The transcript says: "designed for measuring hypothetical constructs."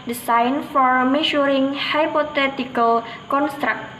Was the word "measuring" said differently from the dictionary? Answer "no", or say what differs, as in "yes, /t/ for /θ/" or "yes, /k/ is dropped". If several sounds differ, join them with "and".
yes, /ʃ/ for /ʒ/